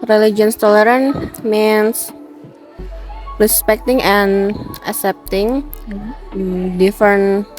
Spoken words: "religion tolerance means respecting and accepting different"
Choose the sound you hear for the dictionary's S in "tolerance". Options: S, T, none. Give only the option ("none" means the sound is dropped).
none